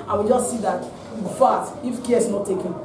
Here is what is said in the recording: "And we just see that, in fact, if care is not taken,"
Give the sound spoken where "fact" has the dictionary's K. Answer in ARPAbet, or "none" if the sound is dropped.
none